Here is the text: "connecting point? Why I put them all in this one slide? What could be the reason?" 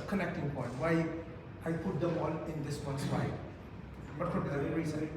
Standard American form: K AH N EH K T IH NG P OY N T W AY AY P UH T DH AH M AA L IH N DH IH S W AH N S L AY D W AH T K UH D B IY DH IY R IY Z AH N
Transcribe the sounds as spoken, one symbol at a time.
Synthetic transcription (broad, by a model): K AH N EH K T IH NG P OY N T W AY AY P UH T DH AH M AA N IH N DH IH S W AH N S W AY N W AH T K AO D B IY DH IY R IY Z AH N